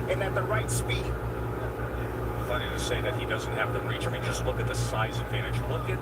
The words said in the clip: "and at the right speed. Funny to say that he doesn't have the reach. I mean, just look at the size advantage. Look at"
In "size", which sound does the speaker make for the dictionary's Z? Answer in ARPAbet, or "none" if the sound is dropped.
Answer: Z